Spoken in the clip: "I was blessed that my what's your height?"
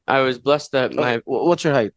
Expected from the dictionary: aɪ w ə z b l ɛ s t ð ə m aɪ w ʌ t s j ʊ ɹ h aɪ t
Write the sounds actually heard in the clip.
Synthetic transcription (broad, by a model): aɪ w ə z b l ɛ s t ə m aɪ w ʌ t s j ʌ ɹ h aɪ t